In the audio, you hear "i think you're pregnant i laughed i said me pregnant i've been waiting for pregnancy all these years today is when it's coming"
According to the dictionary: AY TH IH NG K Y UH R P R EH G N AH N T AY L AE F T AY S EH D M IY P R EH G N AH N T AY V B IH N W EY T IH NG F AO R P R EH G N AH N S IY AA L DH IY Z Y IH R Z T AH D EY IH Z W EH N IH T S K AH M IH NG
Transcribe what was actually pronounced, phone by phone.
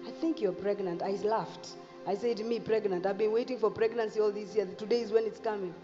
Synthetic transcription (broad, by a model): AY TH IH NG K Y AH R P R EH G N AH N T AY L AE F T AY S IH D M IY P R EH G N AH N T AY V B IH N W EY T IH NG F AO R P R EH G N AH N S IY AA L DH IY S Y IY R T AH D EY IH Z W EH N IH T S K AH M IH NG